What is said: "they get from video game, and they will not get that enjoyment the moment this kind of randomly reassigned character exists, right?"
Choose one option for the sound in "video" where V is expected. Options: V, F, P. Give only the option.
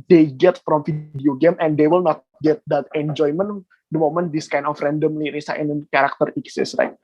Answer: F